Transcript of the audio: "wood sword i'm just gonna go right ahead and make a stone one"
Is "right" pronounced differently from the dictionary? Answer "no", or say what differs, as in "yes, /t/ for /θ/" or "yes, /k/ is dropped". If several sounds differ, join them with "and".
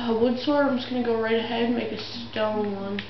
no